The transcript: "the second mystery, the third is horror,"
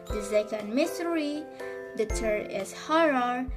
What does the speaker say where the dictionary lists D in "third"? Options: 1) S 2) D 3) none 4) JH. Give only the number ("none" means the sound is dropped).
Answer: 3